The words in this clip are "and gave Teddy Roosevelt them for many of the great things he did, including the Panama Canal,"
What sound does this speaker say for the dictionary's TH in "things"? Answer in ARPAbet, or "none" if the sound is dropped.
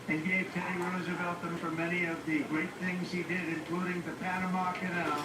TH